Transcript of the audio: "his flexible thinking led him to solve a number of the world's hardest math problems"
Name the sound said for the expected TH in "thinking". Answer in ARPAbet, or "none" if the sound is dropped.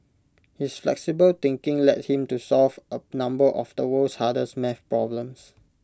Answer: T